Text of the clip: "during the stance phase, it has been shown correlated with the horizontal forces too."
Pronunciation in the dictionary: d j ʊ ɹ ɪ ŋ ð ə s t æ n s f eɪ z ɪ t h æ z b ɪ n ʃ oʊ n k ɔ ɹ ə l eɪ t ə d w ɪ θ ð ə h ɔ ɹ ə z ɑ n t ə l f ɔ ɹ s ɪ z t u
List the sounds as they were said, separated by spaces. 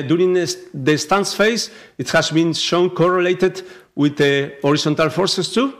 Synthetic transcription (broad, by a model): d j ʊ ɹ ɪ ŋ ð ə s t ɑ n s f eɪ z ɪ t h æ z b ɪ n ʃ oʊ n k ɔ ɹ ə l eɪ t ə d w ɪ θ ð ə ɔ ɹ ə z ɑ n t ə l f ɔ ɹ s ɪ s t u